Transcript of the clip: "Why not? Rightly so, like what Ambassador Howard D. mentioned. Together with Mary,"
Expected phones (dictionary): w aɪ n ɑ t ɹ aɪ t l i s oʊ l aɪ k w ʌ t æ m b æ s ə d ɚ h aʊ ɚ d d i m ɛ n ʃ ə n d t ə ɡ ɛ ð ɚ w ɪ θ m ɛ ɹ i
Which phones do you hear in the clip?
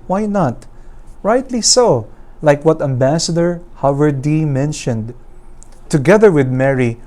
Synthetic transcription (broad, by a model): w aɪ n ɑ t ɹ aɪ t l i s oʊ l aɪ k w ʌ t æ m b æ s ə d ɚ h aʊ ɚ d d i m ɛ n ʃ ə n d t ə ɡ ɛ ð ɚ w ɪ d m ɛ ɹ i